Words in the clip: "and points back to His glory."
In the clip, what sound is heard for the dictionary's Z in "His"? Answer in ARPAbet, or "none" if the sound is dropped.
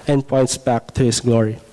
S